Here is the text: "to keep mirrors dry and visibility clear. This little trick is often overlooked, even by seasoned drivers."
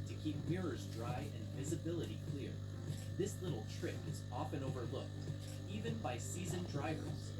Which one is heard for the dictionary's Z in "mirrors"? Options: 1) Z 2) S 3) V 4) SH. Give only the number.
1